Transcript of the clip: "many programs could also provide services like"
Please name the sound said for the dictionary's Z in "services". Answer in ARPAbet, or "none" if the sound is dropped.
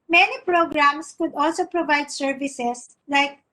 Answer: S